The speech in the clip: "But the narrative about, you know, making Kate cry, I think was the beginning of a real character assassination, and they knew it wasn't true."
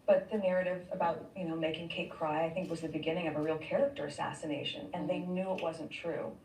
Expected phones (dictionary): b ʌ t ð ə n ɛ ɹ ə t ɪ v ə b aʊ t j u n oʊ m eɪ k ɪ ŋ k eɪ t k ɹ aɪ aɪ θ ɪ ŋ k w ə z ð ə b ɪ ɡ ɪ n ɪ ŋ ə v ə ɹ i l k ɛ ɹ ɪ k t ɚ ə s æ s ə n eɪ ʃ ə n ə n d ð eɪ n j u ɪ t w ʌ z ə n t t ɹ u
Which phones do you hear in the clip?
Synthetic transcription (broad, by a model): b ʌ t ð ə n ɛ ɹ ə t ɪ v ə b aʊ t j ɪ n oʊ m eɪ k ɪ ŋ k eɪ t k ɹ aɪ aɪ θ ɪ ŋ k w ə z ð ə b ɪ ɡ ɪ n ɪ ŋ ə v ə ɹ i l k ɛ ɹ ɪ k t ɚ ə s æ s ə n eɪ ʃ ə n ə n ð eɪ n j u ɪ t w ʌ z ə n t t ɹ u